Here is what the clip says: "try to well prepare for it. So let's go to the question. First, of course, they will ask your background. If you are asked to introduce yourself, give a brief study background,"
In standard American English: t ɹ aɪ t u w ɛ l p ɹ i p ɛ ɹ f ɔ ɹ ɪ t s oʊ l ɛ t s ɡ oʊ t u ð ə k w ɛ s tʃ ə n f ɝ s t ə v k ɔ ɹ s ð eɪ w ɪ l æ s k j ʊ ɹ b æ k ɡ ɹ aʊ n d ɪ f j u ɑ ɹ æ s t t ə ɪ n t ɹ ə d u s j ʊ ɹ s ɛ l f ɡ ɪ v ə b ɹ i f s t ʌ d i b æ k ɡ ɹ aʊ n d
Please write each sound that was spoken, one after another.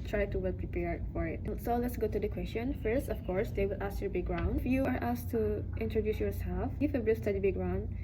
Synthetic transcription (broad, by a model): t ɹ aɪ t u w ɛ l p ɹ i p ɛ ɹ f ɔ ɹ ɪ t s oʊ l ɛ t s ɡ oʊ t u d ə k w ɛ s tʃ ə n f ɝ s t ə f k ɔ ɹ s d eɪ w ɪ l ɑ s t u b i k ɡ ɹ aʊ n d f j u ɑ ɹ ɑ s t t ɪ n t ɹ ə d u s j ʊ ɹ s ɛ l f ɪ f ə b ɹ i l s t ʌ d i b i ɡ ɹ aʊ n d